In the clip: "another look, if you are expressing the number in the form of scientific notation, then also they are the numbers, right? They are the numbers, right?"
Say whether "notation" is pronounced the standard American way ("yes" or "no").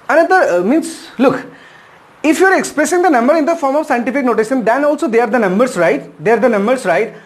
no